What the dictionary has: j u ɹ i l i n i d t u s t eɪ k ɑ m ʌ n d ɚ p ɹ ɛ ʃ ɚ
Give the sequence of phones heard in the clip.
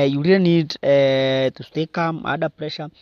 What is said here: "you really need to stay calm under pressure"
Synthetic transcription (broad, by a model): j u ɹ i i n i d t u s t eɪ k ɑ m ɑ d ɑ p ɹ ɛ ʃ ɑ